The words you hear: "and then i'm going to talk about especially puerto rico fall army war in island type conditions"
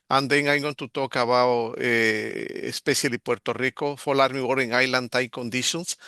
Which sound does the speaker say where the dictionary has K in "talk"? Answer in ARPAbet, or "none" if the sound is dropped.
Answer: K